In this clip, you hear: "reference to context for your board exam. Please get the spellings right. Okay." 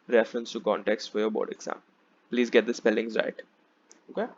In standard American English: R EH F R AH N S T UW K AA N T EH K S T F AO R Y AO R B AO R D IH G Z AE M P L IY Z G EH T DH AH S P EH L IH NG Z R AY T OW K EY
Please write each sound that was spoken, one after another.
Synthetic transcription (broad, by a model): R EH F R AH N S T UW K AA N T EH K S T F AO R Y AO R B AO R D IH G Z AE M P L IY Z G EH T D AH S P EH L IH NG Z R AY T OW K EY